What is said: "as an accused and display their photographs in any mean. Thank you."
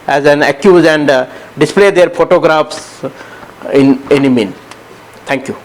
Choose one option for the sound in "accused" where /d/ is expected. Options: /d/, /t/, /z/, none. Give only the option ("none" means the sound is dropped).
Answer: none